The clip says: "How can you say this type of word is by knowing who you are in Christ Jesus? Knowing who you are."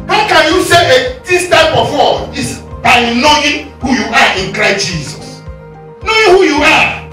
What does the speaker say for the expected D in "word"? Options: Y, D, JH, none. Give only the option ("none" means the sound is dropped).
none